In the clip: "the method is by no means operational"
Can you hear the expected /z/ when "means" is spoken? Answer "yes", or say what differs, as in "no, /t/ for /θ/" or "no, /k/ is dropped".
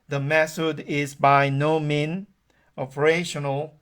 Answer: no, /z/ is dropped